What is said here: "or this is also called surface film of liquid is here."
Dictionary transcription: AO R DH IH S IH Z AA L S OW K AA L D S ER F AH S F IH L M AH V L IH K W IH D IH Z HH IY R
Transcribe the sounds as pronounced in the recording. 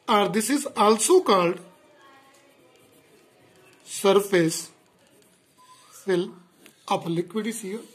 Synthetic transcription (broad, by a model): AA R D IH S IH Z AA L S OW K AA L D S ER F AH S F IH L AH P L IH K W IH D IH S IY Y